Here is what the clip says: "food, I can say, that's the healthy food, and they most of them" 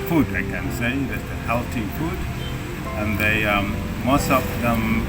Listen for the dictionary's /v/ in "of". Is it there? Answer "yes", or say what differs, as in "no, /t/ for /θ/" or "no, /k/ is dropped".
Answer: no, /p/ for /v/